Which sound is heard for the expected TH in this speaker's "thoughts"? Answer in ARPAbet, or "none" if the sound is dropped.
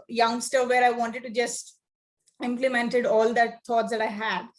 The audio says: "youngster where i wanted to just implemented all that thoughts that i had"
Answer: T